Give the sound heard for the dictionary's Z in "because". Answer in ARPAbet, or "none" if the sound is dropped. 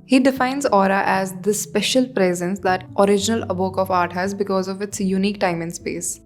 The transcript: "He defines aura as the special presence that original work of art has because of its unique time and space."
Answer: Z